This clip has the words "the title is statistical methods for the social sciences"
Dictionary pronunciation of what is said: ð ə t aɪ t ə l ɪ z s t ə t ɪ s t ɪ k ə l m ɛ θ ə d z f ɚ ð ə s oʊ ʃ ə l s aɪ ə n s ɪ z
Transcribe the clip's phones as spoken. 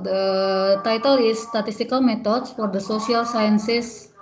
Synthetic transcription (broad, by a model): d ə t aɪ t ə l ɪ s t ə t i s t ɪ k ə l m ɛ t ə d s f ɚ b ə s oʊ s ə l s aɪ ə n s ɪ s